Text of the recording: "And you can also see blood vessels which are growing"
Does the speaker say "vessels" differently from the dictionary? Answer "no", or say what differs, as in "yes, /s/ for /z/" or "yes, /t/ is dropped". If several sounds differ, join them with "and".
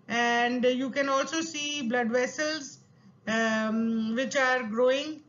no